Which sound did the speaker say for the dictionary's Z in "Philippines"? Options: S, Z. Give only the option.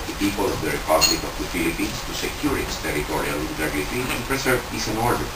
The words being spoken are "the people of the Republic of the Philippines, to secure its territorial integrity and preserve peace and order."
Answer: S